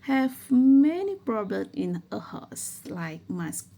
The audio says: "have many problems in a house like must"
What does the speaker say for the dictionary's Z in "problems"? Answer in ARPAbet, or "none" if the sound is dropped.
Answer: none